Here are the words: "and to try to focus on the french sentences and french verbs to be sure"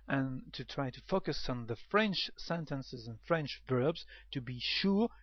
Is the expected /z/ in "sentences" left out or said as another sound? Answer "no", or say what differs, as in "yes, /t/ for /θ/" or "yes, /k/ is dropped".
no